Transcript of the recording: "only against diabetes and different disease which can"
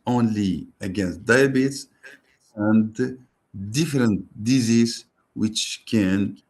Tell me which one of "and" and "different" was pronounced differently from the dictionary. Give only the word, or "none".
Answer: none